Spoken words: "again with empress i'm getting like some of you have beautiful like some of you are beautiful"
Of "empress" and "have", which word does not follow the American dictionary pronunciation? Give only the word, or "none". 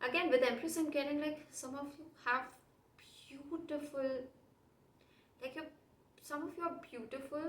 empress